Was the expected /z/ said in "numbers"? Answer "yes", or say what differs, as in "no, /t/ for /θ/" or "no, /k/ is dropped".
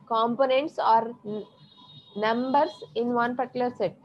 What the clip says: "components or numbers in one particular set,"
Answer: no, /s/ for /z/